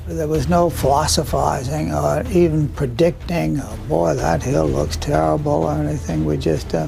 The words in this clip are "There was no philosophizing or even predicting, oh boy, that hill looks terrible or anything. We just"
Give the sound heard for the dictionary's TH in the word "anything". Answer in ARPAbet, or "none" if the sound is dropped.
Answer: TH